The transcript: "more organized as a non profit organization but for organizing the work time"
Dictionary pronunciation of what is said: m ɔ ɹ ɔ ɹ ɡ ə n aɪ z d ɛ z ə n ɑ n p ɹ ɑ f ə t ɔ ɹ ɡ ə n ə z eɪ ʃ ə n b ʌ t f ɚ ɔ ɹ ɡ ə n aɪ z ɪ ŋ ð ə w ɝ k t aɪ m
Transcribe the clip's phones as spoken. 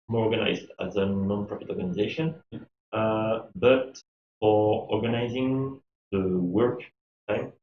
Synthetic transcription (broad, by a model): m ɔ ɹ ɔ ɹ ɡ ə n aɪ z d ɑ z ə n ɑ n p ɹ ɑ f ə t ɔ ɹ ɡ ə n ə z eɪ ʃ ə n b ʌ t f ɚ ɔ ɹ ɡ ə n aɪ z ɪ ŋ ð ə w ɝ k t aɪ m